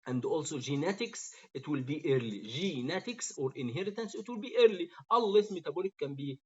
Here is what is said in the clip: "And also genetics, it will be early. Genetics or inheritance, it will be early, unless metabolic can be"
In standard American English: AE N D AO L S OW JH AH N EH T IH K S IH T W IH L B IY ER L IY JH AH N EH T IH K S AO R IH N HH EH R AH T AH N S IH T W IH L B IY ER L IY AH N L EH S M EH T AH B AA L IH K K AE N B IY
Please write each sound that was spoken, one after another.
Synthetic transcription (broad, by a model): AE N D AO L S OW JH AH N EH T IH K S IH T W IH L B IY ER L IY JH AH N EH T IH K S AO R IH N HH EH R AH T AH N S IH T W IH L B IY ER L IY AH L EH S M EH T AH B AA L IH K K AE N B IY